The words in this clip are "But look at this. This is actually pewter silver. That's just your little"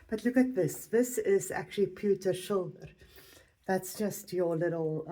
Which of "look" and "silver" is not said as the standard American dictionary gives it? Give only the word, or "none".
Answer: silver